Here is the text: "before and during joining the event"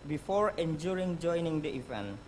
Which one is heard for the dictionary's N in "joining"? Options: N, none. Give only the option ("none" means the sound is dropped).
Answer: N